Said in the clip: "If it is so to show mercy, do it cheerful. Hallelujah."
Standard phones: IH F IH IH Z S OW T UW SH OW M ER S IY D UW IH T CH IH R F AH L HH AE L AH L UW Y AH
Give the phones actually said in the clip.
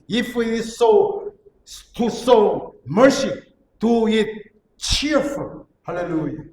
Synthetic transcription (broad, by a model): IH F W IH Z S OW T UW S OW M ER S IY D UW IH T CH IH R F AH HH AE L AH L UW Y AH